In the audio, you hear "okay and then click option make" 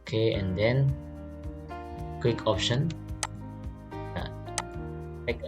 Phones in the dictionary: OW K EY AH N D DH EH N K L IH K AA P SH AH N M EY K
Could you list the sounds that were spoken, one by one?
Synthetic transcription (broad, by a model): K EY AH N D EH N K W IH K AA P SH AH N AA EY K